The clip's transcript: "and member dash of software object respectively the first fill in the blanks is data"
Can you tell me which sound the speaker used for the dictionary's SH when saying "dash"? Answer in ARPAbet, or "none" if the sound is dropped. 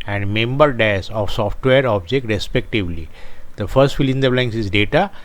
S